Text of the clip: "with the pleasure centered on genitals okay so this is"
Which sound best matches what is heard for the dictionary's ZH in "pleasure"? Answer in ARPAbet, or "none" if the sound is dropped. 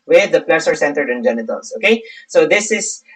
S